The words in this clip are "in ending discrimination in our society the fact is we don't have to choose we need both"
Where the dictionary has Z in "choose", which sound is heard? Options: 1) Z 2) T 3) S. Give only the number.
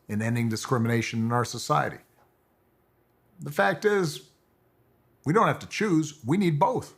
1